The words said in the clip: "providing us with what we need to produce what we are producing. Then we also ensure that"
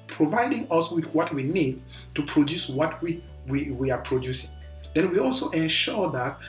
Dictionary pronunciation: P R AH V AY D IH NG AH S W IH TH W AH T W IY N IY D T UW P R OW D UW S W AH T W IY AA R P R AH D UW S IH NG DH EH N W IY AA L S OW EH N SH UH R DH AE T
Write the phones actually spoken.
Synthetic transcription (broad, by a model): P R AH V AY D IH NG AH S W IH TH W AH T W IY N IY D T UW P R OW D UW S W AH T W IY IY W P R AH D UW S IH NG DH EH N W IY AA L S OW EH N SH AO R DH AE T